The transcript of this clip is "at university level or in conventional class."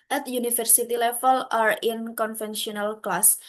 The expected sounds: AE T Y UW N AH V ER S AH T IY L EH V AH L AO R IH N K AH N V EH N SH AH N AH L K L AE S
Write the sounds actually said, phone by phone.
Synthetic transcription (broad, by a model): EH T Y UW N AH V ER S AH T IY L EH F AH L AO R IH N K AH N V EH N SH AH N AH L K L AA S